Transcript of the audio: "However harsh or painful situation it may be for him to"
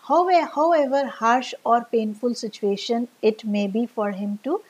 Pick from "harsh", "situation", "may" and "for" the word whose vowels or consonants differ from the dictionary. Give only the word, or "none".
none